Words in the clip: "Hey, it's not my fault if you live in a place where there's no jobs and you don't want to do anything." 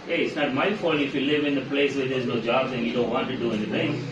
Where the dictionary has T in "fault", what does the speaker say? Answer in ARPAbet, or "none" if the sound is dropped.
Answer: none